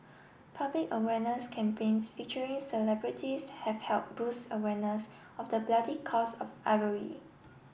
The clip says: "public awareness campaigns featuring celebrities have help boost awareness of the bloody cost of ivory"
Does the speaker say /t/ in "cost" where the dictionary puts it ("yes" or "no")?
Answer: no